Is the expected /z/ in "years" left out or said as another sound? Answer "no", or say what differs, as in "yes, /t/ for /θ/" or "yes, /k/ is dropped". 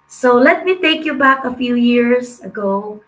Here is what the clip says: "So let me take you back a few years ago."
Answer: yes, /s/ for /z/